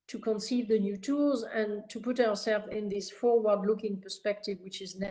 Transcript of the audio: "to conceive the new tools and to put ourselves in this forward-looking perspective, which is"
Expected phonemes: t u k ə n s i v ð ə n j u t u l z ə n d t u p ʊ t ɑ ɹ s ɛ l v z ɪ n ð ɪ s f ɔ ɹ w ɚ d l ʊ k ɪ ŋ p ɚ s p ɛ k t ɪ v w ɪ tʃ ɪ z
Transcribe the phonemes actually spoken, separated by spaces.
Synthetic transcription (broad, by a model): t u k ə n s i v ð ə n j u t u l z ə n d t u p ʊ t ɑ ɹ s ɛ l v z ɪ n ð ɪ s f ɔ ɹ w ɚ d l ʊ k ɪ ŋ p ɚ s p ɛ k t ɪ v w ɪ tʃ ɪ z